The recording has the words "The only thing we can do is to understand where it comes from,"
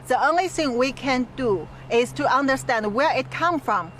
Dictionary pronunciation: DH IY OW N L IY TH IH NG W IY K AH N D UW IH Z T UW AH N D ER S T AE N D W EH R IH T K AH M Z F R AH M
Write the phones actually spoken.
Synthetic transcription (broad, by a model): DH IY OW N L IY TH IH NG W IY K AH N D UW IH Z T UW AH N D ER S T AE N D W EH R IH T K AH M F R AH M